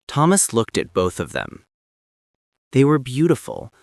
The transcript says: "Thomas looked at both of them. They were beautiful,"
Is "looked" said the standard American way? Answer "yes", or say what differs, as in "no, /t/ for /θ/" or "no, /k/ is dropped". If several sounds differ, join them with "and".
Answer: yes